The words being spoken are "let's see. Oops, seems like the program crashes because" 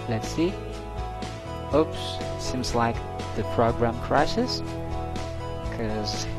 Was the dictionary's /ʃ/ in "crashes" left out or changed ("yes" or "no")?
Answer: yes